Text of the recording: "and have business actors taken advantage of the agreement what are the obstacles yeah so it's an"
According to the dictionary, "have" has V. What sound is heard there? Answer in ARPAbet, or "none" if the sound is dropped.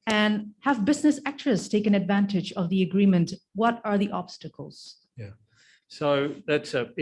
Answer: V